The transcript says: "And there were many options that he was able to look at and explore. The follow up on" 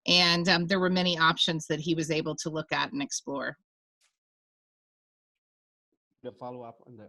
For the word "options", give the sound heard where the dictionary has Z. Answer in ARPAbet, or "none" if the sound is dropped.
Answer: Z